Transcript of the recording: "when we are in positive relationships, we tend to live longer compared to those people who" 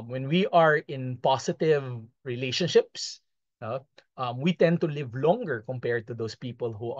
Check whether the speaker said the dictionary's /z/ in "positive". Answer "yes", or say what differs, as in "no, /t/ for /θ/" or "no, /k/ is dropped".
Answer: no, /s/ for /z/